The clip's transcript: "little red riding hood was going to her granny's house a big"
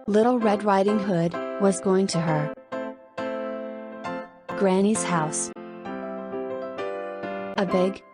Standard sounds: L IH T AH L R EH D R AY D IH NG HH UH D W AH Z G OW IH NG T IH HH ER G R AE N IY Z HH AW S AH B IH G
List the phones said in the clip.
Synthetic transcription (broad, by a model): L IH T L R EH D R AY D IH NG HH UH D W AH Z G OW IH NG T IH ER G R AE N IY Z HH AW S AH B IH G